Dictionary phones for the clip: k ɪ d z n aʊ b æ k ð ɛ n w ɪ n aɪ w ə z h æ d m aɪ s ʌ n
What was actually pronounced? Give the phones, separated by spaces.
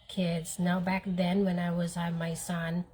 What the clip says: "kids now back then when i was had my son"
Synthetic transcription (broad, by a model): k ɪ d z n aʊ b æ k ð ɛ n w ɪ n aɪ w ə z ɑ m aɪ s ʌ n